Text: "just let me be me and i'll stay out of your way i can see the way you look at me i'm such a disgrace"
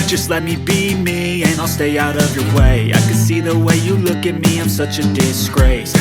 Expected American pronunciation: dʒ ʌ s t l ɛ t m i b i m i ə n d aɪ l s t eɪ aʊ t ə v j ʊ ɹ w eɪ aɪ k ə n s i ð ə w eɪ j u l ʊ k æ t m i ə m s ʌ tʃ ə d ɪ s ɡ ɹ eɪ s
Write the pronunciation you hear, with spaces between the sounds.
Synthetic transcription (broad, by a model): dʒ ʌ s t l ɛ t m i b i m i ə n aɪ l s t eɪ aʊ t ə v j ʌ ɹ w eɪ aɪ k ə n s i ð ə w eɪ j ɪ l ʊ k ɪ t m i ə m s ʌ tʃ ə d ɪ s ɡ ɹ eɪ s